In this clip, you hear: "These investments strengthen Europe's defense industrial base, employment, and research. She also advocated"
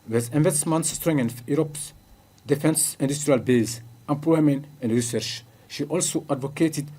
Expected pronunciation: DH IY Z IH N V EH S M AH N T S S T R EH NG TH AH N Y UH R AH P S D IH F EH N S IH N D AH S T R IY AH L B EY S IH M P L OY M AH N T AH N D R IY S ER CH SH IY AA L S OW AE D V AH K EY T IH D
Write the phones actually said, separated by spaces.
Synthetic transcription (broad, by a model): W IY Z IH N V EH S M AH N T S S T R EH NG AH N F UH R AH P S D IH F EH N S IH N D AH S T R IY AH L B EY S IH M P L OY M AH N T AH N D R IY S ER CH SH IY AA L S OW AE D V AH K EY T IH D